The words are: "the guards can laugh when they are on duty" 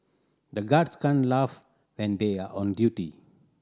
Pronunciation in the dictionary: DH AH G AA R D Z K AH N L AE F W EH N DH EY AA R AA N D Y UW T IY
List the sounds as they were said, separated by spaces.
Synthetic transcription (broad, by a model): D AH G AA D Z K AH N L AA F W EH N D EY AA R AA N D Y UW T IY